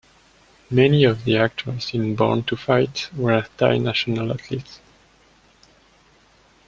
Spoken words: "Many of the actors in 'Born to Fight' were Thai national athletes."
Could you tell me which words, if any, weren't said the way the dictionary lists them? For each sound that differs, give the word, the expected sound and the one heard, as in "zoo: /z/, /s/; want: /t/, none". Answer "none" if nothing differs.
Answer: athletes: /θ/, /t/